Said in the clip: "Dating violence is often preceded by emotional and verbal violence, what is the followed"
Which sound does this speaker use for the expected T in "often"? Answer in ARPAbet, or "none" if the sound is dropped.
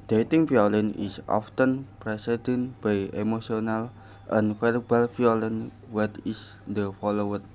T